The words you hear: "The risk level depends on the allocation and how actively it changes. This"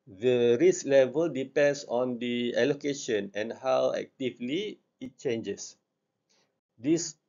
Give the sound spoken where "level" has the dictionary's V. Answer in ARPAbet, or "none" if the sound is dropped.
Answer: V